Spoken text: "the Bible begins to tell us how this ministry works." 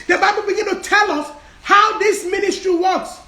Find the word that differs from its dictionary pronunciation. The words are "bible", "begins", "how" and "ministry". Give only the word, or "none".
begins